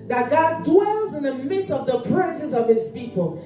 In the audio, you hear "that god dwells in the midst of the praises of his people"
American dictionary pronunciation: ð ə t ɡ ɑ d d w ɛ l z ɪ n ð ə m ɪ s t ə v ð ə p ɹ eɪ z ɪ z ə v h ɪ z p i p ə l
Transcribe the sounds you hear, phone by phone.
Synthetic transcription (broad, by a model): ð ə t ɡ ɑ d d w ɛ l z ɪ n ð ə m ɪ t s ə v ð ə p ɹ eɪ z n s ə v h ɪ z p i p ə l